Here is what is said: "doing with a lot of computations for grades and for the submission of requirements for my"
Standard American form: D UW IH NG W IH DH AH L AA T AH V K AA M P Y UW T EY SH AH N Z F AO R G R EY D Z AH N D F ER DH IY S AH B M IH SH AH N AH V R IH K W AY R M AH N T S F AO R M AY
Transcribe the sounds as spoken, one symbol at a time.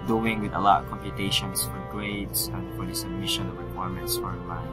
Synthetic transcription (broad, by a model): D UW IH NG W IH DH AH L AA T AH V K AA M P Y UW T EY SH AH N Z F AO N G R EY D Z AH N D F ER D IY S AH M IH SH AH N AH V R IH K W AY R M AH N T S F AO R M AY